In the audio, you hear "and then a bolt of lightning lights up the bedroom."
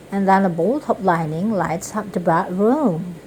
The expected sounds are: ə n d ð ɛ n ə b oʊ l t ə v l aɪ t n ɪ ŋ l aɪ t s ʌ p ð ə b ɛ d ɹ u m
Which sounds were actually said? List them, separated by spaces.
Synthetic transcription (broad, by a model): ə n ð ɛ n ə b oʊ l t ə p l aɪ n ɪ ŋ l aɪ t s ʌ p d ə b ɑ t ɹ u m